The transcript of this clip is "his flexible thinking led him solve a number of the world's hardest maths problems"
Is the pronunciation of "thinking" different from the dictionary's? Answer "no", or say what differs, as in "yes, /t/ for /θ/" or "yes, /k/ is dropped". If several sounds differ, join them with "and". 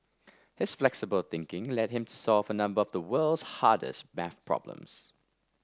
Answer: no